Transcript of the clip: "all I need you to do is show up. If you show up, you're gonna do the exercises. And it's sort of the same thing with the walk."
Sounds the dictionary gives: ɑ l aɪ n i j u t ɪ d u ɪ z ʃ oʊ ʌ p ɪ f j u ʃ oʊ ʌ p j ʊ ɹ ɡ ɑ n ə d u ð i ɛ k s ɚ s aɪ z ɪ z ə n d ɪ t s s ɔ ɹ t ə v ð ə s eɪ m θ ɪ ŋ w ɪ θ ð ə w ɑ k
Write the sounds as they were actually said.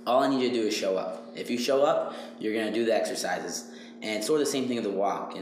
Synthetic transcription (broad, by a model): ɑ l aɪ n i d t ɪ d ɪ ɪ z ʃ oʊ ʌ p ɪ f j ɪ ʃ oʊ ʌ p j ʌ ɹ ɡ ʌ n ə d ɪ ð i ɛ k s ɚ s aɪ z ɪ z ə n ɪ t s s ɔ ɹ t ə ð ə s eɪ m θ ɪ ŋ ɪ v ð ə w ɑ k